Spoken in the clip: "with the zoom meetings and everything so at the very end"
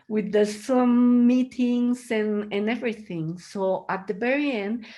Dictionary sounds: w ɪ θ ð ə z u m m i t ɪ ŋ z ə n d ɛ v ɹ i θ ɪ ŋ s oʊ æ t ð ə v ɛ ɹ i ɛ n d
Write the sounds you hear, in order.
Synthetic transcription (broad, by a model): w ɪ ð ə s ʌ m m i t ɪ ŋ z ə n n ɛ v ɹ i θ ɪ ŋ s oʊ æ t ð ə b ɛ ɹ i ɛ n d